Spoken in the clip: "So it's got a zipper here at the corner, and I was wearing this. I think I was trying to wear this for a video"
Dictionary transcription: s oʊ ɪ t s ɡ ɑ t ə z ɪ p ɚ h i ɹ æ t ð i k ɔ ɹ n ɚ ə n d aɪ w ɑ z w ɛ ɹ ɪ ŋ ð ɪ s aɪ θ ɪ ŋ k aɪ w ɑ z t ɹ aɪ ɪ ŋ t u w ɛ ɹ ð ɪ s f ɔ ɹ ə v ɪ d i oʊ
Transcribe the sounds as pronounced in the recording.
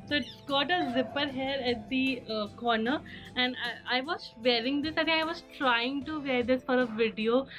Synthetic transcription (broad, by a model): s oʊ ɪ t s ɡ ɑ t ə z ɪ p ɚ h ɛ ɹ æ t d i k ɔ ɹ n ɚ ə n d aɪ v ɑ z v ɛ ɹ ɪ ŋ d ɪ s aɪ t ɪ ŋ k aɪ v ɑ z t ɹ aɪ ɪ ŋ t u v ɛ ɹ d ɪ s f ɔ ɹ ə v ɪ d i oʊ